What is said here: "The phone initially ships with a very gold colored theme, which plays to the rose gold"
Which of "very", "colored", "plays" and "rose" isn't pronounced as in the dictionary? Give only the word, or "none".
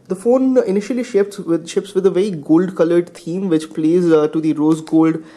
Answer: none